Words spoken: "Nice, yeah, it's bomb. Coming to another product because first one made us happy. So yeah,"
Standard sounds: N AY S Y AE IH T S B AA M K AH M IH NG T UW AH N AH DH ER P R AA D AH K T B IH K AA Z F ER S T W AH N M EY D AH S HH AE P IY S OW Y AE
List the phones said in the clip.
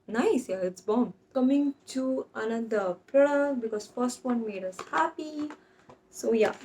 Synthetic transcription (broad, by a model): N AY S Y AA IH T S B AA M K AH M IH NG T UW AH N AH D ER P EH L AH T B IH K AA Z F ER S T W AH N M EY D AH S HH AE P IY S OW Y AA